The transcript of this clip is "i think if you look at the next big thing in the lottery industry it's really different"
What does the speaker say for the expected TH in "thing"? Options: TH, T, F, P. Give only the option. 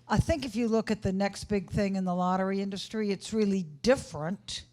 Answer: TH